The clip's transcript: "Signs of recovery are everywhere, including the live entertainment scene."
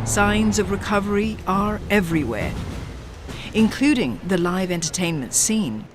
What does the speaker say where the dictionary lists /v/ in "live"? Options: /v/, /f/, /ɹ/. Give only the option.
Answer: /v/